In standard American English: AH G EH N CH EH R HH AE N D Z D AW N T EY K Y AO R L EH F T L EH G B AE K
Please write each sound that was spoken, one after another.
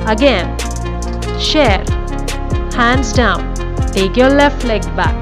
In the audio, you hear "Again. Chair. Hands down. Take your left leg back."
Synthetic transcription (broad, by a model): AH G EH N SH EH R HH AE N D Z D AW N T EY K Y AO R L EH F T L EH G B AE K